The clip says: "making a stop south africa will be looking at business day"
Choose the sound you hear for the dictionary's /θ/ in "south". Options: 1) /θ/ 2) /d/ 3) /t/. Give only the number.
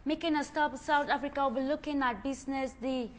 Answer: 3